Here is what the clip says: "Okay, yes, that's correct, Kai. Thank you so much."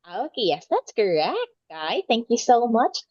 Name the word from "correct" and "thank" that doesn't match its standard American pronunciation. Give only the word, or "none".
none